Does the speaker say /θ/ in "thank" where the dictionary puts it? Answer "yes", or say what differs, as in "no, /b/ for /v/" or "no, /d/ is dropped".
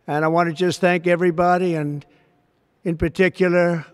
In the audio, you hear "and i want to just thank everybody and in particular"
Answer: yes